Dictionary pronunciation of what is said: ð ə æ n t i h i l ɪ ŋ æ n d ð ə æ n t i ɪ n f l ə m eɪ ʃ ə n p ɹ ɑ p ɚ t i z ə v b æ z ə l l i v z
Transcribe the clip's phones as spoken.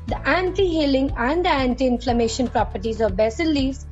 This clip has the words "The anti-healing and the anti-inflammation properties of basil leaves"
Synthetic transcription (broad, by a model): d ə æ n t i h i l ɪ ŋ æ n d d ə æ n t i ɪ n f l ə m eɪ ʃ ə n p ɹ ɑ p ɚ t i z ə v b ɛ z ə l l i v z